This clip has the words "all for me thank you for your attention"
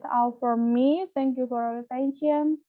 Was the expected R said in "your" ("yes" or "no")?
no